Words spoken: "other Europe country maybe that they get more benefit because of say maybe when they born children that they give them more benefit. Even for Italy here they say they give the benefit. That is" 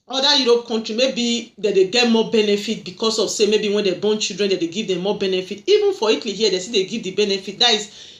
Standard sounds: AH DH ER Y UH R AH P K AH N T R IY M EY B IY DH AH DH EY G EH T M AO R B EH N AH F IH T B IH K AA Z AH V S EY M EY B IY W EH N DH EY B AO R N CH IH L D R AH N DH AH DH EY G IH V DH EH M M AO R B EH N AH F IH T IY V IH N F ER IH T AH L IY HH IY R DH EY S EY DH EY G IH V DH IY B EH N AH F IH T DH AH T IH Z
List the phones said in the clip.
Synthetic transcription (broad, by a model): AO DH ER Y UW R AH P K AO N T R IY M EY B IY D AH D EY G EH T M AO B EH N AH F IH T B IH K AA S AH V S EY M EY B IY W EH N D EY B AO N CH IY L D R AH N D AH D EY G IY V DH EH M M AO B EH N AH F IH T IY V IH N F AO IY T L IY HH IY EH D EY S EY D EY G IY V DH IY B EH N AH F IH T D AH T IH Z